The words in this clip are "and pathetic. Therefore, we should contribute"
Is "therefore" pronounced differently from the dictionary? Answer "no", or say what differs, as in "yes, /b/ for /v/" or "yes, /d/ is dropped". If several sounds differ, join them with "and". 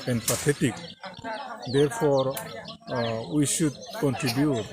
yes, /p/ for /f/